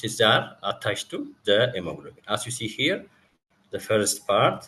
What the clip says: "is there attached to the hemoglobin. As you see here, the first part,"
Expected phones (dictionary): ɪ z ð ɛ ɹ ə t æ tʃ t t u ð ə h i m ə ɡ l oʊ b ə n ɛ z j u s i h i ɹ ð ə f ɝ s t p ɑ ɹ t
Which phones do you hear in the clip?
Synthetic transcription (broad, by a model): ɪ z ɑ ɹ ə t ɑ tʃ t t u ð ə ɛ m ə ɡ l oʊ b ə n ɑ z j u s i h i ɹ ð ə f ɝ s t p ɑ ɹ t